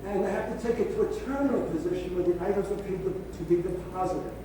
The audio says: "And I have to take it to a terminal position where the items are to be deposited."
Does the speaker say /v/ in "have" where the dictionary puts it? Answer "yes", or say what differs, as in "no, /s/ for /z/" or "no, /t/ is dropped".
no, /f/ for /v/